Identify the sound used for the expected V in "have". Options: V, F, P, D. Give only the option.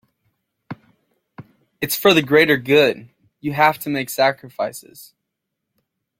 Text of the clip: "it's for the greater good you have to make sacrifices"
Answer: F